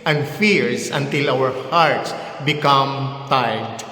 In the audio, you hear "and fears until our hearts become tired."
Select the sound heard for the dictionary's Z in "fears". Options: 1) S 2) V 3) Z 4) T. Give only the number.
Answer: 1